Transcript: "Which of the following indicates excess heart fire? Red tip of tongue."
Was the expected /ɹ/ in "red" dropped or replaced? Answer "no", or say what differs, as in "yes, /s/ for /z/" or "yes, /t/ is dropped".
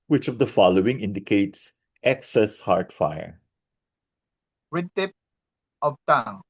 yes, /w/ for /ɹ/